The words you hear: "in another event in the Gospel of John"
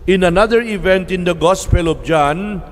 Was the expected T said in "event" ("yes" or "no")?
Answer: yes